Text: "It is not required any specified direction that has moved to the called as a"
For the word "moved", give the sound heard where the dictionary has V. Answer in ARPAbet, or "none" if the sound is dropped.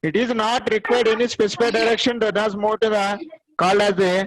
none